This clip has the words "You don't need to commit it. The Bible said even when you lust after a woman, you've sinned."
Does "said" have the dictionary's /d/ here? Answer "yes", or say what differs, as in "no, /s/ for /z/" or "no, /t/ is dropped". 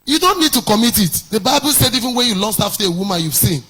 yes